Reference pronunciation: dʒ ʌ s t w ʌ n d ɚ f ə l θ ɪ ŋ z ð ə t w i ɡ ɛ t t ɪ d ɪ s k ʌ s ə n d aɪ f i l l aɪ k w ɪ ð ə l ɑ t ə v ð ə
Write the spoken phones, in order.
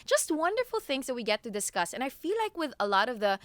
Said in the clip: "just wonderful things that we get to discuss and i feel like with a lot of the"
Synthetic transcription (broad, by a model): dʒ ʌ s t w ʌ n d ɚ f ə l θ ɪ ŋ z ð ə t w i ɡ ɛ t t ɪ d ɪ s k ʌ s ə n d aɪ f i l l aɪ k w ɪ ð ə l ɑ t ə v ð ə